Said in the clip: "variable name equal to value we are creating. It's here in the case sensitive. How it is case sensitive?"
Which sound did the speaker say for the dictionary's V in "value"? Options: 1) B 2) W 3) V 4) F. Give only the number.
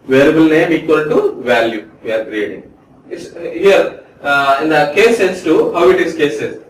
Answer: 3